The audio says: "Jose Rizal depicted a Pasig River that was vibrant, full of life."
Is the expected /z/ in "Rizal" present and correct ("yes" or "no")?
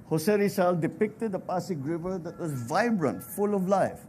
no